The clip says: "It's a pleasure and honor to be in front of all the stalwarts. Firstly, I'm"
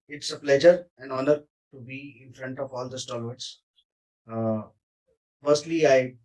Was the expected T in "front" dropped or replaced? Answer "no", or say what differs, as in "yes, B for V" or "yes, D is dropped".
no